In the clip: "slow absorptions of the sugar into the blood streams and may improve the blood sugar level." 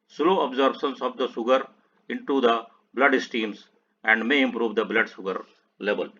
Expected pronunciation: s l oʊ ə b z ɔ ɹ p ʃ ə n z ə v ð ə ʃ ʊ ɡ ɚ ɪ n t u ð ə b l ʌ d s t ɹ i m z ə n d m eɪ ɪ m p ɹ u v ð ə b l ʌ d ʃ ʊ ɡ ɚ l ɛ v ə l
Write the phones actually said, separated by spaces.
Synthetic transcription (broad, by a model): s l oʊ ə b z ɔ ɹ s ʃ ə n s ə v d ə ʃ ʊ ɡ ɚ ɪ n t u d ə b l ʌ d s t i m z ə n d m eɪ ɪ m p ɹ u v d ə b l ʌ d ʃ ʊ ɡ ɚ l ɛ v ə l